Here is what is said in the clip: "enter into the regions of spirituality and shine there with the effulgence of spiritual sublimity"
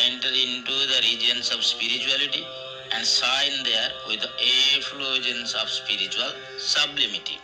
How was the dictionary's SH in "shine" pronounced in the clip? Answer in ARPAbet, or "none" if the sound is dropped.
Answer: S